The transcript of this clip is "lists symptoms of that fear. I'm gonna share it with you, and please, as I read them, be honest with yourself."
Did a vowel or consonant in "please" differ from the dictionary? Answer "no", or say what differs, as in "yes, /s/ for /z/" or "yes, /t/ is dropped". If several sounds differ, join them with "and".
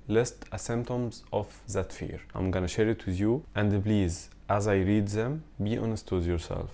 yes, /b/ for /p/